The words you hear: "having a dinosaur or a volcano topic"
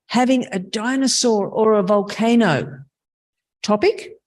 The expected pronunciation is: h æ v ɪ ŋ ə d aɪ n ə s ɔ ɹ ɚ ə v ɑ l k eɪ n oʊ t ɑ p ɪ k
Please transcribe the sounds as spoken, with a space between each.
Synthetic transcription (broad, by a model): h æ v ɪ ŋ ə d aɪ n ə s ɔ ɹ ɚ ə v ɑ l k eɪ n oʊ t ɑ p ɪ k